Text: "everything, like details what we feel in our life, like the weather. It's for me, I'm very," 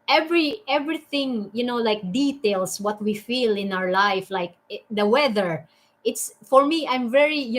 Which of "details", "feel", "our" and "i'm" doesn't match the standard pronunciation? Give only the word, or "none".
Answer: details